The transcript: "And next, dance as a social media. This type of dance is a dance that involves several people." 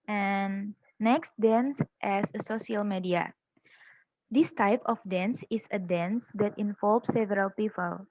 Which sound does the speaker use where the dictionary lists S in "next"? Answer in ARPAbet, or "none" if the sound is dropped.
S